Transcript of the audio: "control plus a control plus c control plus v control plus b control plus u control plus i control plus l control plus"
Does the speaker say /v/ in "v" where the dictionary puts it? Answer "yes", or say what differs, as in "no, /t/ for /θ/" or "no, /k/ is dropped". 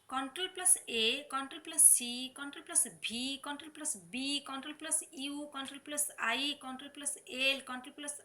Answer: no, /b/ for /v/